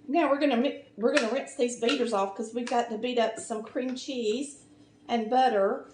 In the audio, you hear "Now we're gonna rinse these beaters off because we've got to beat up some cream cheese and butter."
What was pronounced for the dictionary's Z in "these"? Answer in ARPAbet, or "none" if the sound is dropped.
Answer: Z